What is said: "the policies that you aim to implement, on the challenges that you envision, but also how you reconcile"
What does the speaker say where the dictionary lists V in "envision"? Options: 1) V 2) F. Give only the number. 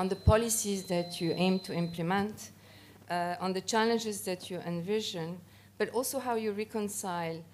1